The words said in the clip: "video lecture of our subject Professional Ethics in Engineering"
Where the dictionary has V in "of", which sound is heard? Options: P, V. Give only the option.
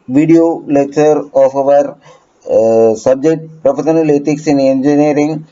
V